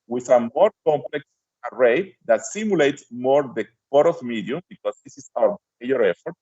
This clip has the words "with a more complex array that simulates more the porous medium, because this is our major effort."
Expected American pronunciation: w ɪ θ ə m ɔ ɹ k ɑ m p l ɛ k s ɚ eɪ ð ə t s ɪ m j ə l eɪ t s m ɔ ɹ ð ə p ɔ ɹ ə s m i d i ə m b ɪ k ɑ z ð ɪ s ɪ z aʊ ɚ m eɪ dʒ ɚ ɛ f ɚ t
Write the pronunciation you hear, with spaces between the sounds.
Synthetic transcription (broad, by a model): w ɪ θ ə m ɔ ɹ k ɑ m p l ɛ k s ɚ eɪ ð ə t s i m j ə l eɪ t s m ɔ ɹ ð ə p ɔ ɹ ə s m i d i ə m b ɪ k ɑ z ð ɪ s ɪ s aʊ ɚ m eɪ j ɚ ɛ f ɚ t